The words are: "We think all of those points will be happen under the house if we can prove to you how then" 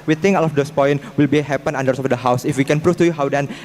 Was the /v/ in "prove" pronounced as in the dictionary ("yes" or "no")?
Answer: no